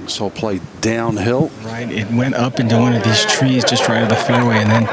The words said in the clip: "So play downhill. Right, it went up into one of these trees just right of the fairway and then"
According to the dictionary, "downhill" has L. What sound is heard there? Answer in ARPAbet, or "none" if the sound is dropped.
L